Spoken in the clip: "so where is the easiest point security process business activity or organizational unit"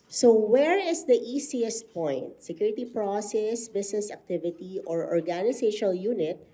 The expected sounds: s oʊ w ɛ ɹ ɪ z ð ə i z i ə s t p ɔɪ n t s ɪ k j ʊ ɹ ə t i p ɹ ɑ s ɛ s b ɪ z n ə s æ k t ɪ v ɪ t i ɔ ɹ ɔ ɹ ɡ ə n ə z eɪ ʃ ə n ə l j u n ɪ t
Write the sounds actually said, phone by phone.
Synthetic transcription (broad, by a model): s oʊ w ɛ ɹ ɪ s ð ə i s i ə s t p ɔɪ n t s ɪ k j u ɹ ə t i p ɹ ɑ s ɛ s b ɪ s n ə s æ k t ɪ v ɪ t i ɔ ɹ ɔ ɹ ɡ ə n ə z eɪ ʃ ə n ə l j u n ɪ t